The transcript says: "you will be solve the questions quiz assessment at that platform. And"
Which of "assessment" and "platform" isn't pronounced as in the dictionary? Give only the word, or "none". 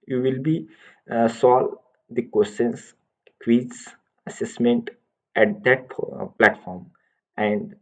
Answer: none